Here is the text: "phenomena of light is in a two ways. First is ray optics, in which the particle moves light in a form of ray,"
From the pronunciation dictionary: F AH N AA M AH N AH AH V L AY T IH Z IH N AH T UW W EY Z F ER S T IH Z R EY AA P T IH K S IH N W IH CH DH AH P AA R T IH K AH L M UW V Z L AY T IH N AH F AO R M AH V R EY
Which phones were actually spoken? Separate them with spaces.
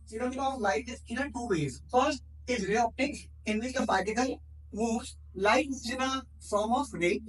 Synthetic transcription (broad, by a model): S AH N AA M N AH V L AY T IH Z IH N AH T UW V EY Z F ER S T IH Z R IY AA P T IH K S IH N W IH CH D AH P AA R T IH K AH L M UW Z L AY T IH N AH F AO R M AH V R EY